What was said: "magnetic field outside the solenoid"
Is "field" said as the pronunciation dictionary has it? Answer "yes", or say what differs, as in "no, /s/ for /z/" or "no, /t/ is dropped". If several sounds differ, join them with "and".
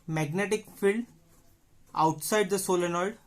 yes